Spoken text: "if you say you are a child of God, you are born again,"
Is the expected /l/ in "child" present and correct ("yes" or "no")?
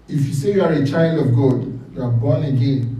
yes